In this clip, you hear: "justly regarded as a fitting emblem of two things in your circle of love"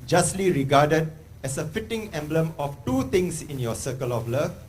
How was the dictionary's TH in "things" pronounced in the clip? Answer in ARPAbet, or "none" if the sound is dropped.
T